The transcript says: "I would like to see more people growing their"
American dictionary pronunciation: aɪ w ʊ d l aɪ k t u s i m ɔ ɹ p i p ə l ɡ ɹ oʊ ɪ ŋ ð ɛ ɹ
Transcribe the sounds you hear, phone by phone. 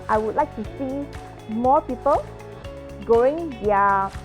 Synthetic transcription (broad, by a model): aɪ w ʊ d l aɪ k t u s i m ɔ p i p ə l ɡ oʊ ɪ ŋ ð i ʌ